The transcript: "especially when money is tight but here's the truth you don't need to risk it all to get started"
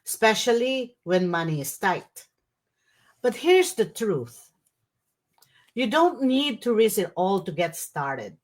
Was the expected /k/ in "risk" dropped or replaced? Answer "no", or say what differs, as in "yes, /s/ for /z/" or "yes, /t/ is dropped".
yes, /k/ is dropped